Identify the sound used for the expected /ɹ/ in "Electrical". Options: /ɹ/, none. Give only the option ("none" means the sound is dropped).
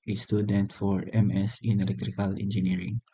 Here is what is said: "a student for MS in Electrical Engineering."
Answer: /ɹ/